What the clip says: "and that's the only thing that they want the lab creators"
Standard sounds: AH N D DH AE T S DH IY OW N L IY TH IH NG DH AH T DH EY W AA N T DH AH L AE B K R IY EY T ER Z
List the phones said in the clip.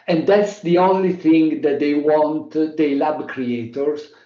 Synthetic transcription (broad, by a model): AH N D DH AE T S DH IY OW N L IY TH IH NG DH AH T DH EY W AA N T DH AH L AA B K R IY EY T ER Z